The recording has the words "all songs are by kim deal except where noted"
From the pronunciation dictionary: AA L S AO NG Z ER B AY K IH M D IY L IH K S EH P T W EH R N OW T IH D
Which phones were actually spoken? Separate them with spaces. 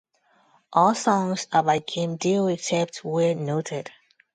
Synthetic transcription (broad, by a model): AA L S AO NG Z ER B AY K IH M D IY W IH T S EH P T W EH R N OW T IH D